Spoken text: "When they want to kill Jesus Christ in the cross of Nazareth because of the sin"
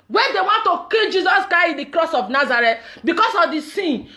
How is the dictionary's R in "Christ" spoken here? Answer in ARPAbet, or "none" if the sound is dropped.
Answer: none